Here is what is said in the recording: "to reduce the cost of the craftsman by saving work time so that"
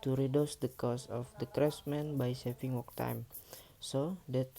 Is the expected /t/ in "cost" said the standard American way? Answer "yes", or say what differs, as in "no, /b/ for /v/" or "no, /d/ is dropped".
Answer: no, /t/ is dropped